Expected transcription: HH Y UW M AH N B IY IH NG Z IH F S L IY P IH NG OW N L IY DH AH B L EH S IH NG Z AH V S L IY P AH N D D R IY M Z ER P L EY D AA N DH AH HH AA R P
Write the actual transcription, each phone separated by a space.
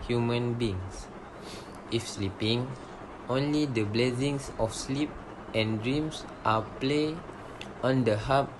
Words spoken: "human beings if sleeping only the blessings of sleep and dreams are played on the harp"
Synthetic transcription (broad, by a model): HH Y UW M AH N B IY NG S IH F S L IY P IH NG OW N L IY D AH B L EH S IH NG S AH F S L IY P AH N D D R IY M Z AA P L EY AA N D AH HH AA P